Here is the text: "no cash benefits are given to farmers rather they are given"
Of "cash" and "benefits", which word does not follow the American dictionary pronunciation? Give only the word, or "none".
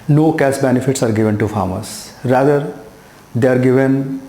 cash